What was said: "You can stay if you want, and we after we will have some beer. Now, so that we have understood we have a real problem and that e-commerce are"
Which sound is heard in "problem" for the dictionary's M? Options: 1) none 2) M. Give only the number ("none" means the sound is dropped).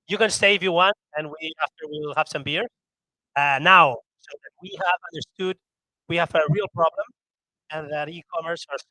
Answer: 2